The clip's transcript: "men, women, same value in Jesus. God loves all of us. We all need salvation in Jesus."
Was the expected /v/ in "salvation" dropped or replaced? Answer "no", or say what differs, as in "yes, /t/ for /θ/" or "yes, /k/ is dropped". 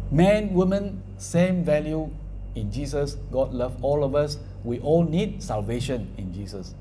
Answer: no